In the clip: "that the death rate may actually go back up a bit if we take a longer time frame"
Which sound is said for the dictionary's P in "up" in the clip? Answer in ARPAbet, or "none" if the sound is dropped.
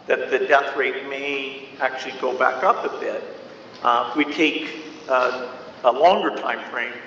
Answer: P